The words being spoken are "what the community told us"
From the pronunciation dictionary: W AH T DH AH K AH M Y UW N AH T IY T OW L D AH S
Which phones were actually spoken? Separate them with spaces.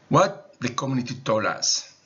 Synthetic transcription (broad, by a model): W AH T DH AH K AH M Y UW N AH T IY T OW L AH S